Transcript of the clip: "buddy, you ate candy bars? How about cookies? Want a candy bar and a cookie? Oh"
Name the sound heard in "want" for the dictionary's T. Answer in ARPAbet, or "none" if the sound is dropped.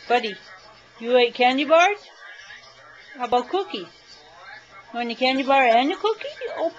none